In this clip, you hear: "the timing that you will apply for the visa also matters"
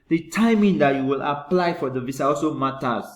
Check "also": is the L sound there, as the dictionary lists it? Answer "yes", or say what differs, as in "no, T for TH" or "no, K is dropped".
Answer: no, L is dropped